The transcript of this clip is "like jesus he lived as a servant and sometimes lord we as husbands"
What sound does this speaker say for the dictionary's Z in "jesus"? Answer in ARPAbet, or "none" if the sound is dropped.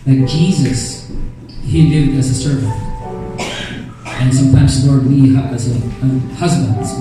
Z